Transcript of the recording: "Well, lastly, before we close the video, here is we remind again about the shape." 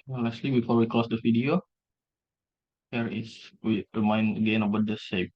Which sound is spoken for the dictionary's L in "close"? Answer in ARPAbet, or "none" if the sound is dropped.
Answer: none